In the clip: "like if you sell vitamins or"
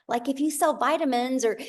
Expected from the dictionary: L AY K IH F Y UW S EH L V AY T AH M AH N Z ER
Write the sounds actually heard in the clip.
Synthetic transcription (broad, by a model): L AY K IH F Y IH S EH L V AY T AH M AH N Z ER